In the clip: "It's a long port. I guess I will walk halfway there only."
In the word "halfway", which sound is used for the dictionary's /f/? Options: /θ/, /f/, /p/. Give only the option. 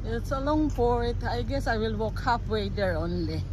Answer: /p/